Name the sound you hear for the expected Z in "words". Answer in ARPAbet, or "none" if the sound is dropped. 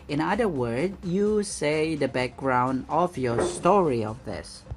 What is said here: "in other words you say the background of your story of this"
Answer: none